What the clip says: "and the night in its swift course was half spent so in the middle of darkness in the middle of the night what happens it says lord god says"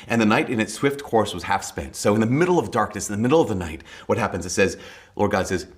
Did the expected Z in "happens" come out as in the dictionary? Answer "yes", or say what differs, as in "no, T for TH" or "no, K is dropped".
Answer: yes